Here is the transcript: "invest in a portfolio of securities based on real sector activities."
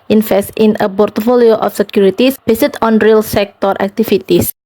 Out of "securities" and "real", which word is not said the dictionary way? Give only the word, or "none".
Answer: securities